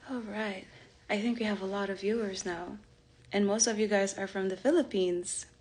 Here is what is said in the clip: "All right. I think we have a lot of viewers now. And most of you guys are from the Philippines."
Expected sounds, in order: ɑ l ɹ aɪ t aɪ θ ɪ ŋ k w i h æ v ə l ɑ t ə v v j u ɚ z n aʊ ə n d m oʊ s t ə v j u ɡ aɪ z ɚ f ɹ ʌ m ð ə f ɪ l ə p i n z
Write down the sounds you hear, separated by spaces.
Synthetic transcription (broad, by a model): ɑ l ɹ aɪ t aɪ θ ɪ ŋ k w i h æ v ə l ɑ t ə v v j u ɚ z n aʊ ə n m oʊ s t ə v j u ɡ aɪ z ɚ f ɹ ʌ m ð ə f ɪ l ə p i n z